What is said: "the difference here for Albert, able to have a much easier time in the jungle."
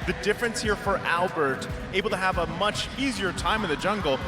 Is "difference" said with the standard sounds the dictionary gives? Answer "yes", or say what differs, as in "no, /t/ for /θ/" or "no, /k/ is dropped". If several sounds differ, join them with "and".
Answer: yes